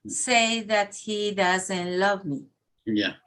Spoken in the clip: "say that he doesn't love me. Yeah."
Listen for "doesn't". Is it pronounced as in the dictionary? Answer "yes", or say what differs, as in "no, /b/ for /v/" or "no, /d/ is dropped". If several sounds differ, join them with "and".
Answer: yes